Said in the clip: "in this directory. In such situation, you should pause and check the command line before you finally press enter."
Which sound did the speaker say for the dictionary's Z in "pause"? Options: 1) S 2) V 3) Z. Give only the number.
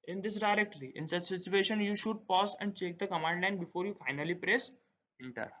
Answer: 1